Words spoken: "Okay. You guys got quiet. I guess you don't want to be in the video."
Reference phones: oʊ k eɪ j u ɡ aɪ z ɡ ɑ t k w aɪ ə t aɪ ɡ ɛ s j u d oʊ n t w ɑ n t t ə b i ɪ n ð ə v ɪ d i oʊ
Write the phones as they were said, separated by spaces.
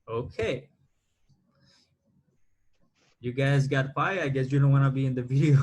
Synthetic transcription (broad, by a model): oʊ k eɪ j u ɡ aɪ z ɡ ɑ t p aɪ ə aɪ ɡ ɛ s j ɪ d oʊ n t w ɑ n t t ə b i ɪ n ð ə v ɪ d i oʊ